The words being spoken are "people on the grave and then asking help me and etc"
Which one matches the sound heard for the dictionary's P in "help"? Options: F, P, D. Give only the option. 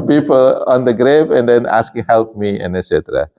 P